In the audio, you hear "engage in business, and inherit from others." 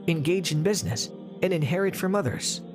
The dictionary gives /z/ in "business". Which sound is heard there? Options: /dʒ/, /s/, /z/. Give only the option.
/z/